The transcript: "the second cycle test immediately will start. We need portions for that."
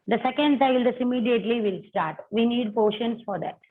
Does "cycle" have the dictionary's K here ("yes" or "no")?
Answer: no